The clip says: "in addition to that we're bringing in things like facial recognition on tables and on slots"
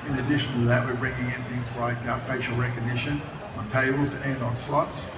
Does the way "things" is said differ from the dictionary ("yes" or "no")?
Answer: no